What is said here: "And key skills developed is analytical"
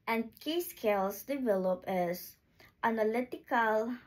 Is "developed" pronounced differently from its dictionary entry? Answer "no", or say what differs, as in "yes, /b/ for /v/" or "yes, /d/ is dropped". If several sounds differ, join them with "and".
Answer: yes, /t/ is dropped